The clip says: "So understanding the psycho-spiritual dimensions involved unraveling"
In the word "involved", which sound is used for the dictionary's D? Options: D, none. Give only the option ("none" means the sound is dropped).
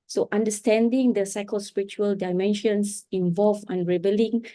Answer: none